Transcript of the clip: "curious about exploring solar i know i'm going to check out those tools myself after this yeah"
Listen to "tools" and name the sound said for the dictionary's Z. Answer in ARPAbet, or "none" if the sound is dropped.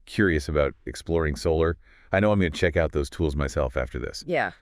Z